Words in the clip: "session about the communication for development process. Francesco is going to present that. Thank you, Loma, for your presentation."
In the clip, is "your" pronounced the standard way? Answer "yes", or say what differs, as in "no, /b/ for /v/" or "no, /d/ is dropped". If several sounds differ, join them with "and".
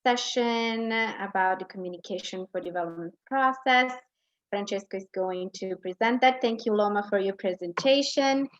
yes